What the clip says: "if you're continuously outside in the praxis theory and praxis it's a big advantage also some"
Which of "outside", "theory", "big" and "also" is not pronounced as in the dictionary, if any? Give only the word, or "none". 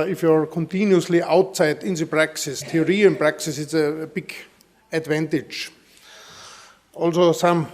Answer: theory